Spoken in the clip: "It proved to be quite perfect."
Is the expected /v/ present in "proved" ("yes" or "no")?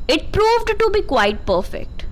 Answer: yes